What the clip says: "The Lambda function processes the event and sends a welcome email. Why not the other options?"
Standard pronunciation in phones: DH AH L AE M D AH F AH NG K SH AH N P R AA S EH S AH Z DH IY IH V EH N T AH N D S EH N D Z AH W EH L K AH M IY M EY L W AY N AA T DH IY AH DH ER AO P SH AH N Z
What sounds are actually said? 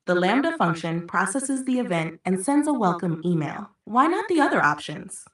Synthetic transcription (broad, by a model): DH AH L AE M D AH F AH NG K SH AH N P R AA S EH S AH Z DH IY IH V EH N T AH N S EH N D Z AH W EH L K AH M IY M EY L W AY N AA T DH IY AH DH ER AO P SH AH N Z